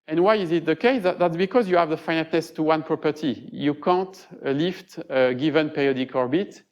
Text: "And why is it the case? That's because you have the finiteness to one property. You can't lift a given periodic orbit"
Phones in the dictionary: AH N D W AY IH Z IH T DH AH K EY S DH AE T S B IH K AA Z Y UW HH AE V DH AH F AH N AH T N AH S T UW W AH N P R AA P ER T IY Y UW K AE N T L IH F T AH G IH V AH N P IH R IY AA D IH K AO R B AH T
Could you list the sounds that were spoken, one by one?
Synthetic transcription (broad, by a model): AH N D W AY IH Z IH T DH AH K EY S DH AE T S B IH K AA Z Y UW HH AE V DH AH F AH N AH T N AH S T UW W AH N P R AA P ER T IY Y UW K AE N T L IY F T AH G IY V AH N P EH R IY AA D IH K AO R B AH T